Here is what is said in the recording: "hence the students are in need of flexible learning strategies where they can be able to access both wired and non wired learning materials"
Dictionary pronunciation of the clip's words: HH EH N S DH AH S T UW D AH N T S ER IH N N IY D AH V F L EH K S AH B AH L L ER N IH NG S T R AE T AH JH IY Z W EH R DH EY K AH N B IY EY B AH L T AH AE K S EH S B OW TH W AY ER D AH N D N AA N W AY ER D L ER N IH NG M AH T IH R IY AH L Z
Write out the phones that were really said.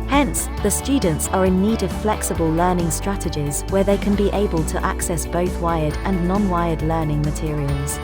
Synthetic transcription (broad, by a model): HH EH N S DH AH S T UW D N T S ER IH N N IY D AH V F L EH K S AH B AH L L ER N IH NG S T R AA T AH JH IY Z W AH DH EY K AH N B IY EY B AH L T AH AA K S EH S B OW TH W AY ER D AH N N AA N W AY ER D L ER N IH NG M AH T IH R IY AH L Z